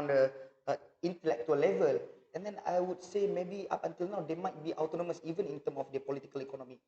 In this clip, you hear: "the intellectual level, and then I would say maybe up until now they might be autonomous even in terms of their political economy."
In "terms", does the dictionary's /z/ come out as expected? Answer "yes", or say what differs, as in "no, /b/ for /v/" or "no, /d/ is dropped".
no, /z/ is dropped